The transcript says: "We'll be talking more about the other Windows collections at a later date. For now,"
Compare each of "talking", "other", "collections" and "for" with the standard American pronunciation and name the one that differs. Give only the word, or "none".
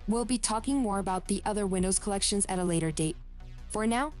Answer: none